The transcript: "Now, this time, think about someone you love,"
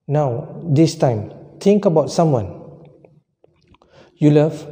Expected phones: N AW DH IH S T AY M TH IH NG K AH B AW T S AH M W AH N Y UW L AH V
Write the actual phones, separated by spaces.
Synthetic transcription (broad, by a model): N AW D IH S T AY M T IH NG K AH B AW T S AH M W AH N Y UW L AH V